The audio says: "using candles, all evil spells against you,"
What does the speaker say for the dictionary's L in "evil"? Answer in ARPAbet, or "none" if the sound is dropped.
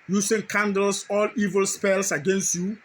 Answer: L